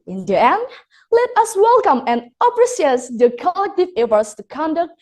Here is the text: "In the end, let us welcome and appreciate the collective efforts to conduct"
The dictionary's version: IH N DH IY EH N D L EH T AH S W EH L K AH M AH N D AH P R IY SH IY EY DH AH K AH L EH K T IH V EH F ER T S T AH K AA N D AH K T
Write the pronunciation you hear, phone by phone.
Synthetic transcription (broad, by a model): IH N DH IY EH N D L EH T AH S W EH L K AH M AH N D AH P R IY S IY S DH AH K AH L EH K T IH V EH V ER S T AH K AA N D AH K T